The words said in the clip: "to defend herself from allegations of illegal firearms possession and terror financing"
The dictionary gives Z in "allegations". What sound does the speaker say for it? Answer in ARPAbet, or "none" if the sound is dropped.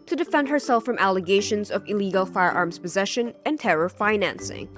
Z